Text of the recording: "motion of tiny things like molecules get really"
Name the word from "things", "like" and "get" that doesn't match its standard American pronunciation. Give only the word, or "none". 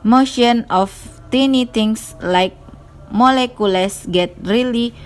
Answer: things